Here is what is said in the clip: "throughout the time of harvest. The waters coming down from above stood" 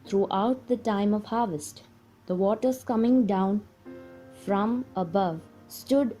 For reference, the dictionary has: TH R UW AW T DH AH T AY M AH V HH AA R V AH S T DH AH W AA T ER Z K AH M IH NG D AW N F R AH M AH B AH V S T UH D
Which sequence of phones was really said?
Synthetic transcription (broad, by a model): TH R UW AW T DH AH T AY M AH V HH AA R V AH S T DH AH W AA T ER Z K AH M IH NG D AW N F R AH M AH B AH V S T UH D